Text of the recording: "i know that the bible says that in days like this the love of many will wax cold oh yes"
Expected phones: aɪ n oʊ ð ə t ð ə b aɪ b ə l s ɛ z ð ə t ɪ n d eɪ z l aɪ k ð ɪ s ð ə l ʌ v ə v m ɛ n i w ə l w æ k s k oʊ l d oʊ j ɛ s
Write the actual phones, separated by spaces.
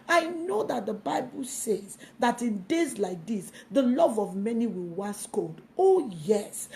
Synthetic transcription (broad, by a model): aɪ n oʊ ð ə t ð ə b aɪ b ə l s ɛ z ð ə t ɪ n d eɪ z l aɪ k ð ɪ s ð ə l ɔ v ə v m ɛ n i w ə l w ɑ s k oʊ l d oʊ j ɛ s